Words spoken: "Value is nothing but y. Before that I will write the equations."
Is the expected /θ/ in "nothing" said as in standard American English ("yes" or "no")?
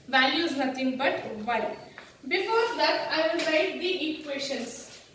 no